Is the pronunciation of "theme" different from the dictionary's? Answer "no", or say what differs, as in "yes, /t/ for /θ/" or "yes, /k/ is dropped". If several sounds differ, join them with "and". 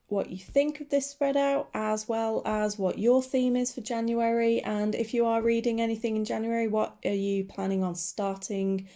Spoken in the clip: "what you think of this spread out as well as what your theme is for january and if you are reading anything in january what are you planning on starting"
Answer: no